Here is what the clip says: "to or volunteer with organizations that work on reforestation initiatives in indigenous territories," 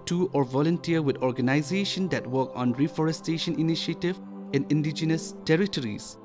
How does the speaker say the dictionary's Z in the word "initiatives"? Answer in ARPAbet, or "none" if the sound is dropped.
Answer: none